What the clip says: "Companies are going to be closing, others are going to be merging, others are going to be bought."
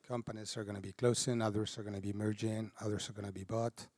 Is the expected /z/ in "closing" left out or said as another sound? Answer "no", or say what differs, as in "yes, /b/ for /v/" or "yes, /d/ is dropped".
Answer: yes, /s/ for /z/